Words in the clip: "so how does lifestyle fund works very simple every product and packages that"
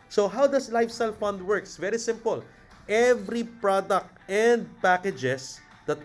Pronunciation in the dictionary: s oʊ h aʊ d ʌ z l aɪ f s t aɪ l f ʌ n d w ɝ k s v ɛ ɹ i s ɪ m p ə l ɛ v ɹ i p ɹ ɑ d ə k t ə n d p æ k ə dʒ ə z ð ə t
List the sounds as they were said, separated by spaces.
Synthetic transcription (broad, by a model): s oʊ h aʊ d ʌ s l aɪ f s t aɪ l f ʌ n d w ɝ k s v ɛ ɹ i s ɪ m p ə l ɛ v ɹ i p ɹ ɑ d ə k t ə n d p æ k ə dʒ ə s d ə t